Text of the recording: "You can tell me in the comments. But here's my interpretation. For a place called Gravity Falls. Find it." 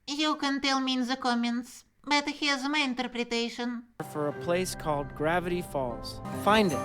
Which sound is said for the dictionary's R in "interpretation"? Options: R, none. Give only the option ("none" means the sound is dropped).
R